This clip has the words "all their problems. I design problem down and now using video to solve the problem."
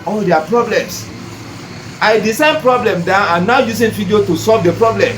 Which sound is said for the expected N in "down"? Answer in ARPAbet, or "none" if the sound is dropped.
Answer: none